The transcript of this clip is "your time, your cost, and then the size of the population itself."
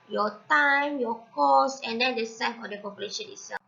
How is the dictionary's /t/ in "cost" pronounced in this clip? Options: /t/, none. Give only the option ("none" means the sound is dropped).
none